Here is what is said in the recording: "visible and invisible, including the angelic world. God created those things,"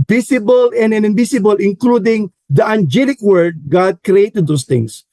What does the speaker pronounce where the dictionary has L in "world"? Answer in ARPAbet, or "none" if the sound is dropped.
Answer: none